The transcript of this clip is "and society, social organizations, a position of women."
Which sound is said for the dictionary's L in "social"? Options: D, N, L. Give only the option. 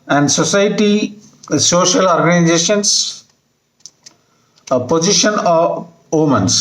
L